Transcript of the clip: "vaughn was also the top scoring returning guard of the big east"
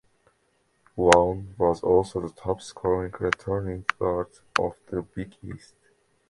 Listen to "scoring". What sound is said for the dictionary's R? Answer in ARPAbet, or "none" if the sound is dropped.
none